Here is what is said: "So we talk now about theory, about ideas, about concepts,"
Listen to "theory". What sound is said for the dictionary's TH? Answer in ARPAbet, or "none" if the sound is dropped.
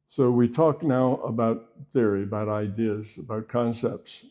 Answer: TH